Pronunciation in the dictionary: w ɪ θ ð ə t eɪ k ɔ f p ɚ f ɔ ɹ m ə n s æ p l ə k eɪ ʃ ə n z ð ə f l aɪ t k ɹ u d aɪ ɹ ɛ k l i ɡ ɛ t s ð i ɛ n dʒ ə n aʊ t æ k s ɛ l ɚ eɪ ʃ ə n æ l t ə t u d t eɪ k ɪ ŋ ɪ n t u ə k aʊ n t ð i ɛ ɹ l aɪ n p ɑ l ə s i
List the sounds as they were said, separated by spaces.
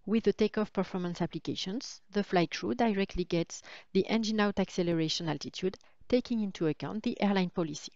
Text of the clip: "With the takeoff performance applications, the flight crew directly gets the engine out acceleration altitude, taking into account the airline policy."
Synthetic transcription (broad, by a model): w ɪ ð ə t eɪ k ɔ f p ɚ f ɔ ɹ m ə n s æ p l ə k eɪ ʃ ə n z ð ə f l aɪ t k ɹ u d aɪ ɹ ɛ k l i ɡ ɛ t s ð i ɛ n dʒ ə n aʊ t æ k s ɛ l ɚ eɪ ʃ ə n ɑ l t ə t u d t eɪ k ɪ ŋ ɪ n t u ə k aʊ n t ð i ɛ ɹ l aɪ n p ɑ l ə s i